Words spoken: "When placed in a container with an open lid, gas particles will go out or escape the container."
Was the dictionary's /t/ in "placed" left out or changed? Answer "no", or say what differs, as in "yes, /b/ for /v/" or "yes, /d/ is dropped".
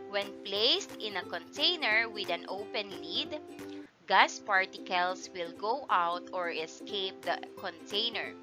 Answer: no